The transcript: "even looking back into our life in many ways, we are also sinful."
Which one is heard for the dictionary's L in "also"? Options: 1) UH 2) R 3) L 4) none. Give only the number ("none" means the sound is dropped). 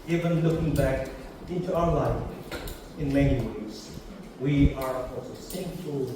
4